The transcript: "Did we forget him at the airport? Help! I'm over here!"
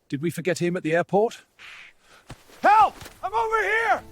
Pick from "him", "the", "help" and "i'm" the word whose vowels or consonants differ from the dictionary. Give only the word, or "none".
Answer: help